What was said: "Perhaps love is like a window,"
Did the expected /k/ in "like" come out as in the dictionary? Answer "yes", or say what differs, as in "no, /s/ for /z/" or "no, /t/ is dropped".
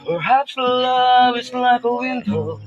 yes